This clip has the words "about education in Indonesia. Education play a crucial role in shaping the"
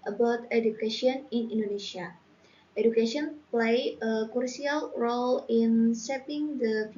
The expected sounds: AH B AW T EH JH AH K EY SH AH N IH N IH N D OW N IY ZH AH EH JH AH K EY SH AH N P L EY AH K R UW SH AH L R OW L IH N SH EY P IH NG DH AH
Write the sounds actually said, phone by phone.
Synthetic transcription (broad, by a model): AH B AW T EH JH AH K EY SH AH N IH N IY N D OW N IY SH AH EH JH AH K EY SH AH N P L EY AH K R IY AH L R OW L IH N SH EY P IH NG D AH